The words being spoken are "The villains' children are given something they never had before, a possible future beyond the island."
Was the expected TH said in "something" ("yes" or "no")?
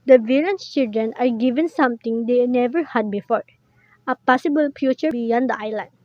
no